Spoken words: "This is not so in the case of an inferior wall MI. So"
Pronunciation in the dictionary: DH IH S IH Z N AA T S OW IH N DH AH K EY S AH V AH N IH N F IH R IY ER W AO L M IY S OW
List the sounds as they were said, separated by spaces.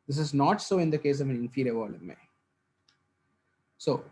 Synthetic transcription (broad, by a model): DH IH S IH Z N AA T S OW IH N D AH K EY S AH V AH N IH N F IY R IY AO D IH N M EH S OW